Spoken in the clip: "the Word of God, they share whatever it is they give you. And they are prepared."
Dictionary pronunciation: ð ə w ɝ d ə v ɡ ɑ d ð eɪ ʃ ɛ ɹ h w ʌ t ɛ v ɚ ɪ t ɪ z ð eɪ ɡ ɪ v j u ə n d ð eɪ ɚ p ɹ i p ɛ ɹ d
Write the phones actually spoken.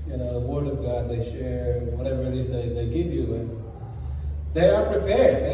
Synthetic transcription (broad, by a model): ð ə w ɝ d ə v ɡ ɑ d ð eɪ ʃ ɛ ɹ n w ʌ t ɛ v ɚ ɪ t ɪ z ð eɪ ɡ ɪ v j u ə n ð eɪ ɚ p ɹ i p ɛ ɹ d